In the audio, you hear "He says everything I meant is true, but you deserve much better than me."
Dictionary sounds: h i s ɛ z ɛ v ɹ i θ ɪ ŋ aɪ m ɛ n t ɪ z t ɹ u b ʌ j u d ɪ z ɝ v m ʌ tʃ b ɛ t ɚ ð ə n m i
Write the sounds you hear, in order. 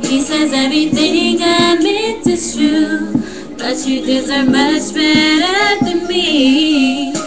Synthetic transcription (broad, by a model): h i s ɛ z ɛ v ɹ i θ ɪ ŋ aɪ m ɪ t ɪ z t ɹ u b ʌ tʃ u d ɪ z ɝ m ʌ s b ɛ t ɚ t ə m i